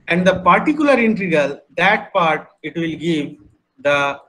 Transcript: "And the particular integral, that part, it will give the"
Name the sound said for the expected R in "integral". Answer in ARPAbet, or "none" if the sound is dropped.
none